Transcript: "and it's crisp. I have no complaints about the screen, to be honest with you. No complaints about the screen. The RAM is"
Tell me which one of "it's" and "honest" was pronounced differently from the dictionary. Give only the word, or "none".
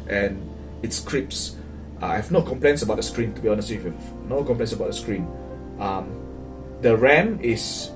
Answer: none